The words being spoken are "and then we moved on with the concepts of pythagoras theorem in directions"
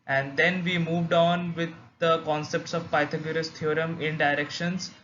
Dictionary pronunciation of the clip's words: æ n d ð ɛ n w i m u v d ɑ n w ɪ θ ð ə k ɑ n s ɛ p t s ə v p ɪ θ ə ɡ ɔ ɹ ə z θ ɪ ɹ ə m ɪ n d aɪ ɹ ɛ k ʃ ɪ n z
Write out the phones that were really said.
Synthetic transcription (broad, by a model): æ n d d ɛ n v i m u v d ɑ n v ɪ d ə k ɑ n s ɛ p t s ə v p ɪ t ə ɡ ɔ ɹ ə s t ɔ ɹ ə m ɪ n d aɪ ɹ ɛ k ʃ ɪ n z